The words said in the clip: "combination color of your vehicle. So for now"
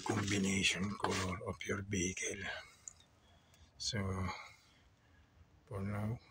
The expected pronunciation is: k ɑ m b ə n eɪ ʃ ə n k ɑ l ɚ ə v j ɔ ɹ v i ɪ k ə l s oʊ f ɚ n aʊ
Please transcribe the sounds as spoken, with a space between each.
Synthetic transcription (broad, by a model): k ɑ m b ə n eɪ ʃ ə n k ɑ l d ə p j ɔ ɹ b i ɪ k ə l s oʊ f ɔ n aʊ